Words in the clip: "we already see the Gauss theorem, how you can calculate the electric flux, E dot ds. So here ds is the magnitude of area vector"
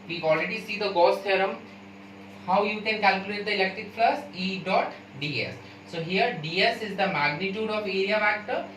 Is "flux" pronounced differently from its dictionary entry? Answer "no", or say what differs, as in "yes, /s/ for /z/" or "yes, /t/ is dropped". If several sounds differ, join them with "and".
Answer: yes, /k/ is dropped